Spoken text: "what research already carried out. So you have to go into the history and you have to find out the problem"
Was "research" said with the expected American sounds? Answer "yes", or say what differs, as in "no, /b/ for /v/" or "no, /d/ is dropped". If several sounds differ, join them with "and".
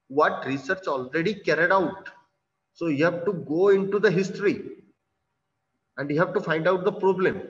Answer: yes